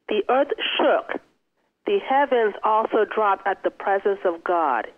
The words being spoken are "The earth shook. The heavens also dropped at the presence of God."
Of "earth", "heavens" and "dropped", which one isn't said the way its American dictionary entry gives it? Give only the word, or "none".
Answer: none